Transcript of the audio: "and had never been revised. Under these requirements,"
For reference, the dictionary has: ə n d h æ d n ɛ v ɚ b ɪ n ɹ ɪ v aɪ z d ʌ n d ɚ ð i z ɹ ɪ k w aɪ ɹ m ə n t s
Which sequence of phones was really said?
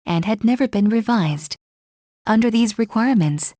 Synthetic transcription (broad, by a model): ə n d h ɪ d n ɛ v ɚ b ɪ n ɹ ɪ v aɪ z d ʌ n d ɚ ð i z ɹ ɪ k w aɪ ɹ m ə n t s